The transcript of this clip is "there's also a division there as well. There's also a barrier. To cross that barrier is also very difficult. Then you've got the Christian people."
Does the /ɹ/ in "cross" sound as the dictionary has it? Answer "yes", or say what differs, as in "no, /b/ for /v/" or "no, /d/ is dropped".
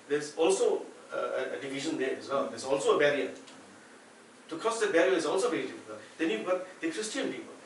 no, /ɹ/ is dropped